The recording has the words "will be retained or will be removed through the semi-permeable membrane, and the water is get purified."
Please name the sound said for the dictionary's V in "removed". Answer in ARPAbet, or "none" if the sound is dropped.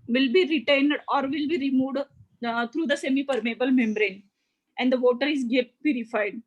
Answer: V